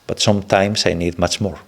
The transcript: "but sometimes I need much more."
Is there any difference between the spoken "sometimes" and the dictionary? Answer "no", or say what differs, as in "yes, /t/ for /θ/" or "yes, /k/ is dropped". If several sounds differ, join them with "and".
yes, /s/ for /z/